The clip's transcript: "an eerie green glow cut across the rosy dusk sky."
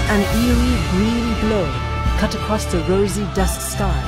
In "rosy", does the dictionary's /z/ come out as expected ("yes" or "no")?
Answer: yes